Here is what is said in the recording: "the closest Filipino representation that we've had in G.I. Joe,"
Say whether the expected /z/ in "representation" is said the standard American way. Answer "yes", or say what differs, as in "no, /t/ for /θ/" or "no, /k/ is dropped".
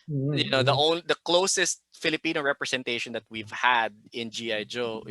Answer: no, /s/ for /z/